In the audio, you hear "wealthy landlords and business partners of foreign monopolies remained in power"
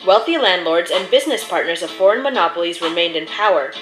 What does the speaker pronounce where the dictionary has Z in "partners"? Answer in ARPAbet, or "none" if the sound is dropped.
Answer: Z